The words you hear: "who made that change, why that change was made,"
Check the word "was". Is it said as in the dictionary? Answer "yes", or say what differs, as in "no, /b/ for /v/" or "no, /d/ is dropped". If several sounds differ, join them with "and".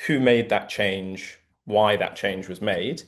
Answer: yes